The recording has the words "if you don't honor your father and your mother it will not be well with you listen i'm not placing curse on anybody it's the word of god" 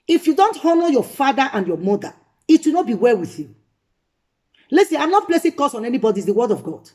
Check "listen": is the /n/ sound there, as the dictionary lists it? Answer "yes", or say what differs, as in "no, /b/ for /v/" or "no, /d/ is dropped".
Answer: no, /n/ is dropped